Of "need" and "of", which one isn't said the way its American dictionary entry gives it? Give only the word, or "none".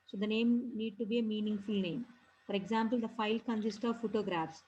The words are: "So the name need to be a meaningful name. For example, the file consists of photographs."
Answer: none